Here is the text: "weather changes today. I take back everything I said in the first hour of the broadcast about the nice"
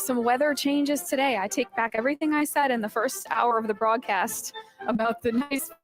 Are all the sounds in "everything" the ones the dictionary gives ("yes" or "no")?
yes